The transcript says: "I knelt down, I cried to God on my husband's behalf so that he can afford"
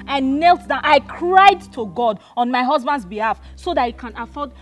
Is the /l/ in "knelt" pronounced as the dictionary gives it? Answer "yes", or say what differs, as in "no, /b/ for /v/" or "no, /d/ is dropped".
yes